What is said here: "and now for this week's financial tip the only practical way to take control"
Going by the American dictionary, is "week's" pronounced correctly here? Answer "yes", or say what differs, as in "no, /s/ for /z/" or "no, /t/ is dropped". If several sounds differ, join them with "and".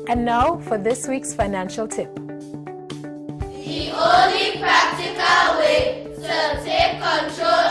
yes